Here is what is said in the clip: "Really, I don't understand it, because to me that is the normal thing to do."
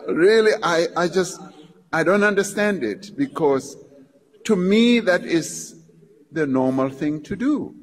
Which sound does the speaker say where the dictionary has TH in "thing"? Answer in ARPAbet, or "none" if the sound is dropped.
TH